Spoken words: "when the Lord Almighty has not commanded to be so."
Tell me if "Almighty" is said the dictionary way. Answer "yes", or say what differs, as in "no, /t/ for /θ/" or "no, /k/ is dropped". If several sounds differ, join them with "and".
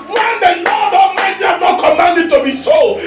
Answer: no, /l/ is dropped